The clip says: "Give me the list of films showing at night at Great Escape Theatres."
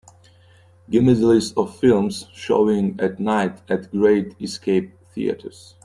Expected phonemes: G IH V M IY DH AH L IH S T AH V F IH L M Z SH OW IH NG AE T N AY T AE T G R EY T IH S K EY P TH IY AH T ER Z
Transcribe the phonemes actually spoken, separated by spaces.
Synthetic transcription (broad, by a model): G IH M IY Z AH L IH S AH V F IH L M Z SH OW IH NG AE T N AY T AE T G R EY T IH S K EY P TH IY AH T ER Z